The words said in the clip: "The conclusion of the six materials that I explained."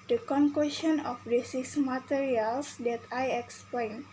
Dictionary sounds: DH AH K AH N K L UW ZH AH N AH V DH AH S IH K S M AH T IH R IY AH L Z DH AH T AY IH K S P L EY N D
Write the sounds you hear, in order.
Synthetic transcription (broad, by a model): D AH K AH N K W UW SH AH N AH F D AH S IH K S M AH T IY R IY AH L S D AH T AY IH K S P L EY N